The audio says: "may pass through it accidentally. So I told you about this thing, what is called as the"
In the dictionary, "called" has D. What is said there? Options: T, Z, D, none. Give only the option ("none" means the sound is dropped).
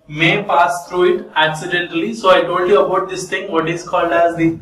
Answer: D